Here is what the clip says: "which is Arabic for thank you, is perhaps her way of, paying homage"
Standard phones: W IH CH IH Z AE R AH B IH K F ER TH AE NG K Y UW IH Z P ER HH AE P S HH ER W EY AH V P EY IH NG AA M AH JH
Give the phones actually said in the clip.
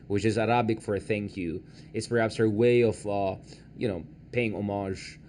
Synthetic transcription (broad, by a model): W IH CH IH Z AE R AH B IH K F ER TH AE NG K Y UW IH S P ER HH AE P S HH ER W EY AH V P EY IH NG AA M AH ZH